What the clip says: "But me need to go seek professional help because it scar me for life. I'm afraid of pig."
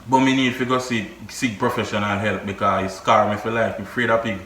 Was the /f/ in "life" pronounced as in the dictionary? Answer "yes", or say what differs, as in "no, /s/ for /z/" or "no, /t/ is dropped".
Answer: no, /f/ is dropped